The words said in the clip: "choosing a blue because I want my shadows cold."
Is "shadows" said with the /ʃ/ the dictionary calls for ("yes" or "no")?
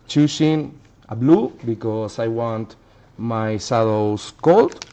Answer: no